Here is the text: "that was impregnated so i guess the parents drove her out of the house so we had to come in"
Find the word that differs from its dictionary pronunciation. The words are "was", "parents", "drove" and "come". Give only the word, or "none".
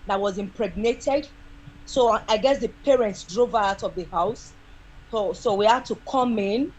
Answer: none